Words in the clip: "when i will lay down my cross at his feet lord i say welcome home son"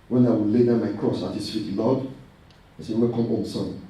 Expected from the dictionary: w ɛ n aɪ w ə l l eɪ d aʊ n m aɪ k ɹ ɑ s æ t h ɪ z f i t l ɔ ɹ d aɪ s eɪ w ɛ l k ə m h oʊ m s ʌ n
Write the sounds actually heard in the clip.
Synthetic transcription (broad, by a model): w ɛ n aɪ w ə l l eɪ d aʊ m aɪ k ɹ ɑ s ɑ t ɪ s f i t l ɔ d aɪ s eɪ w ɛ k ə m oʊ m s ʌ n